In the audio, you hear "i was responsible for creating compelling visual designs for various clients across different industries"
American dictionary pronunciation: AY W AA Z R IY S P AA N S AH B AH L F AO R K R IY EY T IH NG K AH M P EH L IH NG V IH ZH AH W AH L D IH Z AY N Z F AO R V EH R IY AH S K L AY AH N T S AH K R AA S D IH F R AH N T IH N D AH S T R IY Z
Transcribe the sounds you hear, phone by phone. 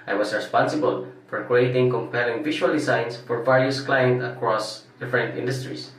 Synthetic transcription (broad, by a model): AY W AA S R IY S P AA N S AH B AH L F AO R K R IY EY T IH NG K AH M P EH L IH NG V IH SH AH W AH L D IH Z AY N S F AO R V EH R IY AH S K L AY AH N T AH K R AA S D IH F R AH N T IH N D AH S T R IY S